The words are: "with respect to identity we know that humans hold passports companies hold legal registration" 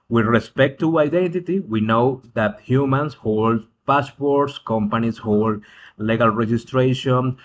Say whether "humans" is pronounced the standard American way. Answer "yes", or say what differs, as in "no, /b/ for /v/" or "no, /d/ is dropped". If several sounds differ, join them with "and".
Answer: no, /s/ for /z/